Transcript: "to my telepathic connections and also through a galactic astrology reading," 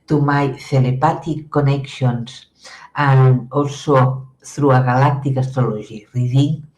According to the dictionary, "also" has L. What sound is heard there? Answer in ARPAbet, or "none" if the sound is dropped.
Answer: none